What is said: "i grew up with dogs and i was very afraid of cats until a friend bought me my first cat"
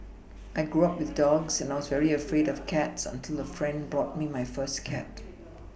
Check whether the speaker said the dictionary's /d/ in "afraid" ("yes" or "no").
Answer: yes